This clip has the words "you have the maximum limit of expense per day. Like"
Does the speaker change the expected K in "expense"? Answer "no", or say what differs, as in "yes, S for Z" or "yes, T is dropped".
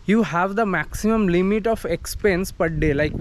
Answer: no